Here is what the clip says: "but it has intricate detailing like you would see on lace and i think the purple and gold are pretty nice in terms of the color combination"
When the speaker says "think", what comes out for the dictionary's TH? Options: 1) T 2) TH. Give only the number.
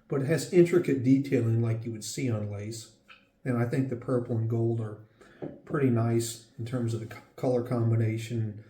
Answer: 2